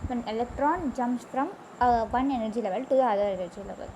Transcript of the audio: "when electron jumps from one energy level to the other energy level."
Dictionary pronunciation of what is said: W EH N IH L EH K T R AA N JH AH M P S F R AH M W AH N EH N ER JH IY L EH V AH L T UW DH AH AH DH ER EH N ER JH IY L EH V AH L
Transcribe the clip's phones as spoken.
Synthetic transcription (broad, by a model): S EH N IH L EH K T R AA N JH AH M S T R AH M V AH N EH N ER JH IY L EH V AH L T UW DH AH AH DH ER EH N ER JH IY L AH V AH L